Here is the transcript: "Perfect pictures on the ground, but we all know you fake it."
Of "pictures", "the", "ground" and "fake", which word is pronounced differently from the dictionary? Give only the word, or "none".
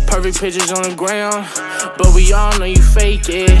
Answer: pictures